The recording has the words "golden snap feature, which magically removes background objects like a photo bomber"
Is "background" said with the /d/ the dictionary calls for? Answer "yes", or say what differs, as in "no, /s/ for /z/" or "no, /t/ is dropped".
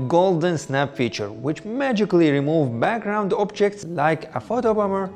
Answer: yes